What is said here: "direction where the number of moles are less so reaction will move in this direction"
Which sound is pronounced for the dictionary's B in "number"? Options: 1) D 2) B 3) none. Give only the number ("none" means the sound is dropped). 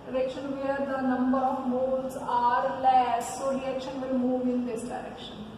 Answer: 2